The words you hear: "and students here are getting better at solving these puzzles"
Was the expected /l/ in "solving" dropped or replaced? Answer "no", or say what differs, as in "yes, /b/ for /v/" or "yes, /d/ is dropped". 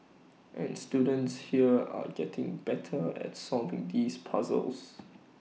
yes, /l/ is dropped